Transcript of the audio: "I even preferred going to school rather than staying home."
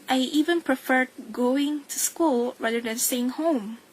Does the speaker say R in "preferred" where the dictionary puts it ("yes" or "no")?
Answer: yes